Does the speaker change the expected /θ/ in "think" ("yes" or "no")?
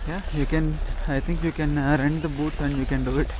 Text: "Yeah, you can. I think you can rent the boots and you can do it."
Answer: yes